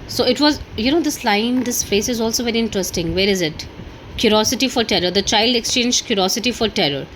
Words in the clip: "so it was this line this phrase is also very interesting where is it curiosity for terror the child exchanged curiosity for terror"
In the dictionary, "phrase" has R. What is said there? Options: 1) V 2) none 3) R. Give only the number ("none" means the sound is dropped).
2